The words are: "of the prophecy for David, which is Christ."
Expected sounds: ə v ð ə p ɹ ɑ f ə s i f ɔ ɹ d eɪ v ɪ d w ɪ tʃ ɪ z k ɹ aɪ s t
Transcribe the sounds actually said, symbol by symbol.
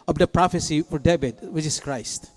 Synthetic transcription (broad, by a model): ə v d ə p ɹ ɑ f ə s i f ɔ ɹ d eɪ b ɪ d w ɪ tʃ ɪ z k ɹ aɪ s t